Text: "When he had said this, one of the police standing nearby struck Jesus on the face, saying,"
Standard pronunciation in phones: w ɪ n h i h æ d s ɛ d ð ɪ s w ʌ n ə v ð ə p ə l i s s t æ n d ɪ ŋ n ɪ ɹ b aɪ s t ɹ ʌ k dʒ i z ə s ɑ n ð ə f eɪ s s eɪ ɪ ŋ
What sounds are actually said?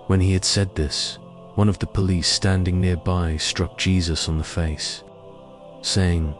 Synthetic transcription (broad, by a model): w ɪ n i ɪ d s ɛ d ð ɪ s w ʌ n ə v ð ə p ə l i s s t æ n d ɪ ŋ n ɪ ɹ b aɪ s t ɹ ʌ k dʒ i z ə s n ð ə f eɪ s s eɪ ɪ ŋ